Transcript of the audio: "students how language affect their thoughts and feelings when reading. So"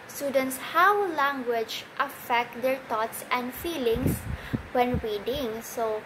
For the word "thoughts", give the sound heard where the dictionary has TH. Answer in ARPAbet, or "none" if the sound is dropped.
T